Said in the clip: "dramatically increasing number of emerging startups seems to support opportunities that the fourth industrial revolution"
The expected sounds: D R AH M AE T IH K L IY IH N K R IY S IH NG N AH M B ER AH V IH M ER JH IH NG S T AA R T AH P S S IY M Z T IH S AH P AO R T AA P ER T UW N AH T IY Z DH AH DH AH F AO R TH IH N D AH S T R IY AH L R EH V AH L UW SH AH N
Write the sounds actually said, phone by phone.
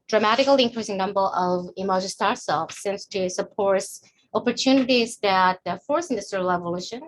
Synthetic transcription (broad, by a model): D R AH M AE T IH K L IY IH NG K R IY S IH NG N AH M B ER AH V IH M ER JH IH S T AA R S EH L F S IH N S T IH S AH P AO R T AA P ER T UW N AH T IY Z DH AH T F AO R S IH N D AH S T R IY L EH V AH L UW SH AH N